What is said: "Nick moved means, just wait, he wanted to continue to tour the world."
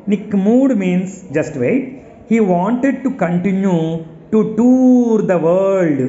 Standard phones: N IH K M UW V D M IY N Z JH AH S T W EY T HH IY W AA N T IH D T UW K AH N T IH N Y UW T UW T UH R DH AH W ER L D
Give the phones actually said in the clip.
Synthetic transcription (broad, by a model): N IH K M UW D M IY N S JH AH S T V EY T HH IY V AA N T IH D T UW K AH N T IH N Y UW T UW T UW R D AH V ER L D